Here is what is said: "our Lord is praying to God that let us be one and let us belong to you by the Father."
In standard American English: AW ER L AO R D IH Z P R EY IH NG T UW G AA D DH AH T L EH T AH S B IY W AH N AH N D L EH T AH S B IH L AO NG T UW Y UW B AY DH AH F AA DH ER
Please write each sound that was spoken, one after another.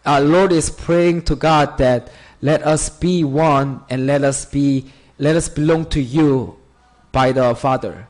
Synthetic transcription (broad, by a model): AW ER L AO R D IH S P R EY IH NG T UW G AA D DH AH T L EH T AH S B IY W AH N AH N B L EH T AH S B IH L AO NG T UW Y UW B AY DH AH F AA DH ER